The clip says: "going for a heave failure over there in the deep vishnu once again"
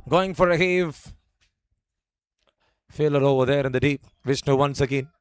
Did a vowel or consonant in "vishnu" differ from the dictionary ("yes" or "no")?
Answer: yes